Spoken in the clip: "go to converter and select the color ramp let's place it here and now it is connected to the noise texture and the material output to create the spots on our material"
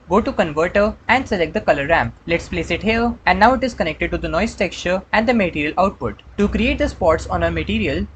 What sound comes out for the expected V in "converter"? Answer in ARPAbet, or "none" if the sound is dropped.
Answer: V